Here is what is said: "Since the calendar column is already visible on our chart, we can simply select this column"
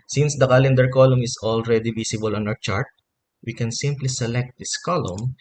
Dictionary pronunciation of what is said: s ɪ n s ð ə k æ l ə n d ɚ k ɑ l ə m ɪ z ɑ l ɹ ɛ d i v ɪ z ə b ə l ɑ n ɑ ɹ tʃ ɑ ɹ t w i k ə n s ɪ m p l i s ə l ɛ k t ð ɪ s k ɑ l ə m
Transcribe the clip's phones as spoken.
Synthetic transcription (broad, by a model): s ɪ n s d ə k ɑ l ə n d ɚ k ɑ l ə m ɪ s ɑ l ɹ ɛ d i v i s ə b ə l ɑ n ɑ w tʃ ɑ ɹ t w i k ə n s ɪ m p l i s ə l ɛ k t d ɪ s k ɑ l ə m